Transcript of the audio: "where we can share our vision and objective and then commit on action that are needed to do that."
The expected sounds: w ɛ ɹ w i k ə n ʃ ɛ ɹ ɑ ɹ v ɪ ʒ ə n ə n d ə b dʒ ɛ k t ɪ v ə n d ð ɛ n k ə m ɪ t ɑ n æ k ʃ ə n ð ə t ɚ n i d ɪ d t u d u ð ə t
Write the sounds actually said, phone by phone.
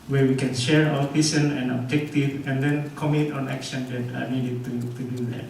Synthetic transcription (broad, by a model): w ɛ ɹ w i k ə n ʃ ɛ ɹ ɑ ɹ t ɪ s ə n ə n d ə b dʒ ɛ k t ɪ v ə n d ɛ n k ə m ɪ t ɑ n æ k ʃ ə n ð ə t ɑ n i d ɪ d t u d u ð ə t